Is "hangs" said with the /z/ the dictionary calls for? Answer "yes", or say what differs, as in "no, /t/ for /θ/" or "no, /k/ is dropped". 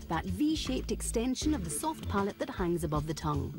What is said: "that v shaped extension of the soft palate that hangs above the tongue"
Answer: yes